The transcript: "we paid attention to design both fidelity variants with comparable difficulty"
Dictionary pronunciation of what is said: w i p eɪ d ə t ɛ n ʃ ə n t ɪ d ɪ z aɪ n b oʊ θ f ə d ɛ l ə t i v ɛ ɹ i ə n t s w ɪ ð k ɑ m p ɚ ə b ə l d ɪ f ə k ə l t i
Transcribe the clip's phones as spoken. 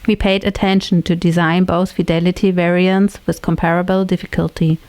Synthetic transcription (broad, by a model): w i p eɪ d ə t ɛ n ʃ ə n t ɪ d ɪ z aɪ n b oʊ θ f ə d ɛ l ə t i v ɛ ɹ i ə n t s w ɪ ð k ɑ m p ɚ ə b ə l d ɪ f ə k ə l t i